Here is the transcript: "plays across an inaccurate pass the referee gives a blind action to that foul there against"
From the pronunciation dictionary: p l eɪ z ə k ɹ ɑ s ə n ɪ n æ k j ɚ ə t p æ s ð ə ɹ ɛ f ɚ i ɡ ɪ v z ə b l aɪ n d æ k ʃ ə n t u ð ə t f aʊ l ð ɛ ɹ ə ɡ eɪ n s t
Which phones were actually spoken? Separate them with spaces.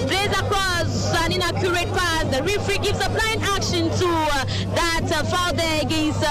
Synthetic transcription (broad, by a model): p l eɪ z ə k ɹ ɑ s ə n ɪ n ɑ k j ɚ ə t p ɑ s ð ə ɹ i f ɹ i ɡ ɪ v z ə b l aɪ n æ k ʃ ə n t u ð ə t f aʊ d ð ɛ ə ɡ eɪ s